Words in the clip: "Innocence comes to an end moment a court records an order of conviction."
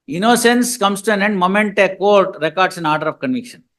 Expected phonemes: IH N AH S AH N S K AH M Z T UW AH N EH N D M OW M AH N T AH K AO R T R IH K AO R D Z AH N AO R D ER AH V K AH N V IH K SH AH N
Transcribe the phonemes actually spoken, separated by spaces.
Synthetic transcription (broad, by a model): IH N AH S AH N S K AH M S T UW AH N EH N D M OW M AH N T AH K AO R T R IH K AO R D S AH N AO R D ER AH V K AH N V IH K SH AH N